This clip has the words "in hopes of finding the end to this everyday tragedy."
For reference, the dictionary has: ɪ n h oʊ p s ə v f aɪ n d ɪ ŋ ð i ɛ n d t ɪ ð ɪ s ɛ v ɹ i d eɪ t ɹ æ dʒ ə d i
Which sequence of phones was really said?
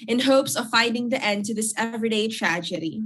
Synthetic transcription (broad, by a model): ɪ n h oʊ p s ə v f aɪ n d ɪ ŋ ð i ɛ n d t ɪ ð ɪ s ɛ v ɹ i d eɪ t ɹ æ dʒ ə d i